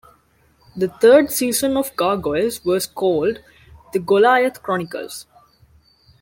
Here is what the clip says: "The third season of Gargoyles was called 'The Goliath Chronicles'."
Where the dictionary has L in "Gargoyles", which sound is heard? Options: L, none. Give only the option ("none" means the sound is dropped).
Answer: none